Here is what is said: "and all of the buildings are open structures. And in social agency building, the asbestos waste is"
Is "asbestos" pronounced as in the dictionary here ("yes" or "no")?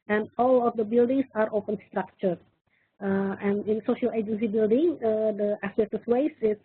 no